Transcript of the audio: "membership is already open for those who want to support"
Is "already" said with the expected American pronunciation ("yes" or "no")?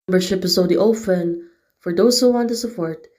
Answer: no